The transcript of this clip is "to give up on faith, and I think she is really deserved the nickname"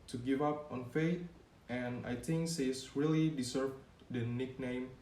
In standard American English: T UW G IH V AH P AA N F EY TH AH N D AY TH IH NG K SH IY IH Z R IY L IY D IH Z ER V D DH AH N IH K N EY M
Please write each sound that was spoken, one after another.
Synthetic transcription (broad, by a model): T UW G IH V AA P AA N F EY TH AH N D AY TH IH NG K S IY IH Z R IY L IY D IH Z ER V D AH N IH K N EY M